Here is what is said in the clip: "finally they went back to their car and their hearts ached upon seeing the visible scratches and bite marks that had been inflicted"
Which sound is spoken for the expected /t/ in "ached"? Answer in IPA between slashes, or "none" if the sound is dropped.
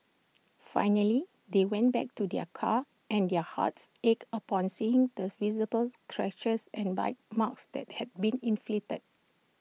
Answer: none